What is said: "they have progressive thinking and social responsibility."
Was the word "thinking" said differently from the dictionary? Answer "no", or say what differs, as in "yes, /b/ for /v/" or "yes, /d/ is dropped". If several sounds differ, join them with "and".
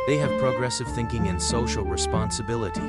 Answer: no